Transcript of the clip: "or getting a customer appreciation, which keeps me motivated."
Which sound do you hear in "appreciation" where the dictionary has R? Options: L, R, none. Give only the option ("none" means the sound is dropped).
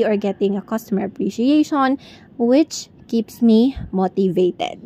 R